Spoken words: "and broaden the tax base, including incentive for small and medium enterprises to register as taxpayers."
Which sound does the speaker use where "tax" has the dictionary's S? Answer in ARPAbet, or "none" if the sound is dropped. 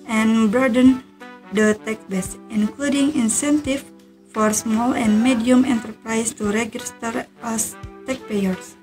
none